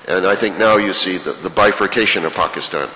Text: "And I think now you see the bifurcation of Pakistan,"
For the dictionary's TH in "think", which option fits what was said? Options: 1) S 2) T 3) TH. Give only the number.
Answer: 3